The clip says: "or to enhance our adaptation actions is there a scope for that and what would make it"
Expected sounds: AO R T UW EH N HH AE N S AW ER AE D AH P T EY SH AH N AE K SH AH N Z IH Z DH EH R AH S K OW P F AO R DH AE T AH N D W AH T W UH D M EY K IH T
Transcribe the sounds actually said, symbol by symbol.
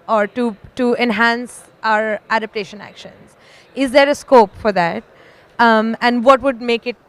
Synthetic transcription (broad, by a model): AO R T UW EH N HH AE N S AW ER AE D AH P T EY SH AH N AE K SH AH N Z IH Z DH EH R AH S K OW P F AO R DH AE T AH N D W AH T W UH D M EY K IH T